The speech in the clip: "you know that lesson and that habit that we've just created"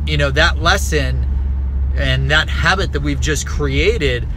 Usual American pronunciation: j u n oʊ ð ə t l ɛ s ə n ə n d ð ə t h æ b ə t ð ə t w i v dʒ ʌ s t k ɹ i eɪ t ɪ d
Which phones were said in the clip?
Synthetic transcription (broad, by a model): j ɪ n oʊ ð ə t l ɛ s ə n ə n ð ə t h æ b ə t ð ə t w i v dʒ ʌ s k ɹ i eɪ t ɪ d